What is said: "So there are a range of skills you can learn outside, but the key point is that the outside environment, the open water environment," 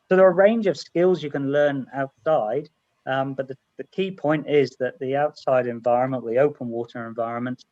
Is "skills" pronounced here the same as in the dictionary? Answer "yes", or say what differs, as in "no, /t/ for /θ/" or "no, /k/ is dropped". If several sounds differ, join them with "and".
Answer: yes